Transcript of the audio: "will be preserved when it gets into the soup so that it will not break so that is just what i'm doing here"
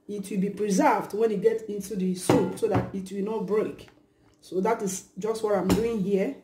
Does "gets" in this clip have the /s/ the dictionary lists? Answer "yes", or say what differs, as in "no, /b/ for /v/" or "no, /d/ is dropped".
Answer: no, /s/ is dropped